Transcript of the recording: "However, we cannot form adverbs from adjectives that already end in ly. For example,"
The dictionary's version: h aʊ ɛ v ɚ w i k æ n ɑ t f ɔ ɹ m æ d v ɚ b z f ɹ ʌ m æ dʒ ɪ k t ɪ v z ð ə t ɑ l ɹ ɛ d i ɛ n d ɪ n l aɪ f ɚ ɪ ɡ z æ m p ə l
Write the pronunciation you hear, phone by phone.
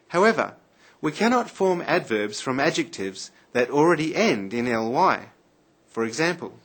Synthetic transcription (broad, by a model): h aʊ ɛ v ɚ w i k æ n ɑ t f ɔ ɹ m æ d v ɚ b z f ɹ ʌ m æ dʒ ɪ k t ɪ v z ð ə t l ɹ ɛ d i ɛ n d ɪ n l aɪ f ɚ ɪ ɡ z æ m p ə l